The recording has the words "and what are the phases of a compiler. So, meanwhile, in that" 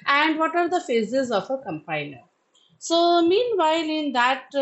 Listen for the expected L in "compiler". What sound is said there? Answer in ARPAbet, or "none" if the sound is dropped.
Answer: N